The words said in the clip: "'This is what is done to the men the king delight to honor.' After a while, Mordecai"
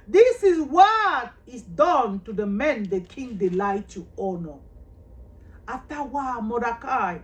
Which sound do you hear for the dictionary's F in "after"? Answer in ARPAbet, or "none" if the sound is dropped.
none